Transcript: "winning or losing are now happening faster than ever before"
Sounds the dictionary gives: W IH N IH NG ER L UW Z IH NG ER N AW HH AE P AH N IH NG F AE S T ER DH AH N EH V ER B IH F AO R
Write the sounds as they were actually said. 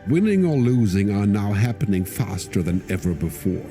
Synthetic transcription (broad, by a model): W IH N IH NG ER L UW Z IH NG ER N AW HH AE P AH N IH NG F AE S T ER DH AH N EH V ER B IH F AO R